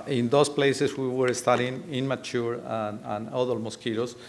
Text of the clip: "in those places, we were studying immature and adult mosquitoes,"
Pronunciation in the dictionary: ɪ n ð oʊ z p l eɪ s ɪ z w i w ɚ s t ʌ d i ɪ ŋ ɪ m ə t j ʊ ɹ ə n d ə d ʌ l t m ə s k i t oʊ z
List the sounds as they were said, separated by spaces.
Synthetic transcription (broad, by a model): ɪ n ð oʊ s p l eɪ s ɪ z w i w ɚ s t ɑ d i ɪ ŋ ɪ m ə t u ɹ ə n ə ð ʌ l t m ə s k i t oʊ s